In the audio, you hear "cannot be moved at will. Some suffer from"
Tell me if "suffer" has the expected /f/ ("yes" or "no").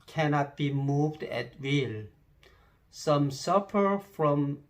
no